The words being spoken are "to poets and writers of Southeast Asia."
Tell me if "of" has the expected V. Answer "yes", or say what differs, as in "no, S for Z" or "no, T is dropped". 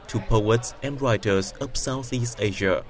no, P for V